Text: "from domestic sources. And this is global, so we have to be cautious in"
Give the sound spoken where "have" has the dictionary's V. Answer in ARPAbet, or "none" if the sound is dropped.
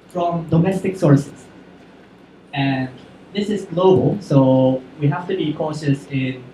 F